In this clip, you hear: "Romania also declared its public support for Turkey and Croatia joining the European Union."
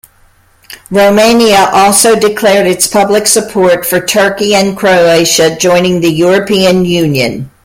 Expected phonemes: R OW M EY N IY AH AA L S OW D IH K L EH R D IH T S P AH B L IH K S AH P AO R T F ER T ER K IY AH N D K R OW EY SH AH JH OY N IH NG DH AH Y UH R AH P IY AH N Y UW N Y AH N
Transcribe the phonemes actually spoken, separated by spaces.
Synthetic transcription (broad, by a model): R OW M EY N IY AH AA L S OW D IH K L EH R D IH T S P AH B L IH K S AH P AO R T F ER T ER K IY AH N K R OW EY SH AH JH OY N IH NG DH AH Y UH R AH P IY AH N Y UW N Y AH N